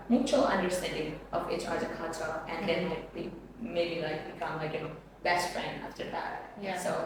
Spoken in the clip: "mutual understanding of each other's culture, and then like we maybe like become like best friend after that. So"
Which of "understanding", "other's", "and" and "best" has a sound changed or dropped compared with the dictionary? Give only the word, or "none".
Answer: other's